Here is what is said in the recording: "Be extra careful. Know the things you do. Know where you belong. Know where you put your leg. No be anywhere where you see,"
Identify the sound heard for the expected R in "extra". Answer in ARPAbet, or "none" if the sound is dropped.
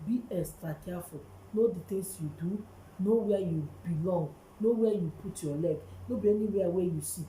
R